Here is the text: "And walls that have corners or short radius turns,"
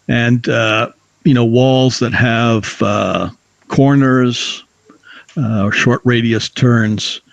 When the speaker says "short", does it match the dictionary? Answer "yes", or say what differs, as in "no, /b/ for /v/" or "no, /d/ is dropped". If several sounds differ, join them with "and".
yes